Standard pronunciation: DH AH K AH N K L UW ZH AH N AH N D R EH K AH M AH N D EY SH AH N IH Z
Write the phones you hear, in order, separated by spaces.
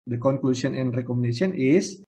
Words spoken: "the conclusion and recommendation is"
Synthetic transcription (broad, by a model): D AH K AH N K L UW S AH N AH N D R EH K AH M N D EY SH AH N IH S